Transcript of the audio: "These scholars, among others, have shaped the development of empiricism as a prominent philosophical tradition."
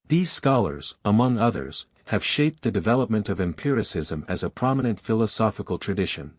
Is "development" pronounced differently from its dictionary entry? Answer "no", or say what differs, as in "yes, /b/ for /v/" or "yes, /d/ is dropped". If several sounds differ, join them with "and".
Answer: no